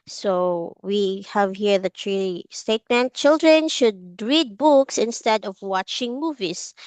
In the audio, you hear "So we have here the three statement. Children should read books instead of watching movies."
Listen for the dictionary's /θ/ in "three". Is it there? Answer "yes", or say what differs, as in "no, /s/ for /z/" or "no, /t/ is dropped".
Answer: no, /t/ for /θ/